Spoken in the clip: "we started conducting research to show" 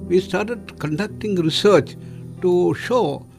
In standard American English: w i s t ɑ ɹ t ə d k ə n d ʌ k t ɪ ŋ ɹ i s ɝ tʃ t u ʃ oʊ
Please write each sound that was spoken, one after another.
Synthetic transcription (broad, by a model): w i s t ɑ ɹ t ə d k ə n d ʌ k t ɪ ŋ ɹ i s ɝ tʃ t u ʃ oʊ